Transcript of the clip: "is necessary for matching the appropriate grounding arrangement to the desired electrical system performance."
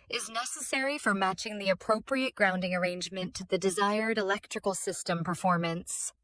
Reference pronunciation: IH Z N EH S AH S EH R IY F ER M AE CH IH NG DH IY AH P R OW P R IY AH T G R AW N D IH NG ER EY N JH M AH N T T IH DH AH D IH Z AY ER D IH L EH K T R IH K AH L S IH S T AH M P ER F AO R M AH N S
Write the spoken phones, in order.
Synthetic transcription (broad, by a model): IH Z N EH S AH S EH R IY F ER M AE CH IH NG DH IY AH P R OW P R IY AH T G R AW N D IH NG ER EY N JH M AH N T T IH DH AH D IH Z AY ER D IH L EH K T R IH K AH L S IH S T AH M P ER F AO R M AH N S